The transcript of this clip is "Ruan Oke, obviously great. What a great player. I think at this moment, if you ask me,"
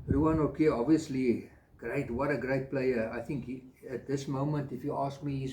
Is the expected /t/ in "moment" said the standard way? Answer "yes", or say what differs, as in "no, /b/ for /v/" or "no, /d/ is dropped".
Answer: yes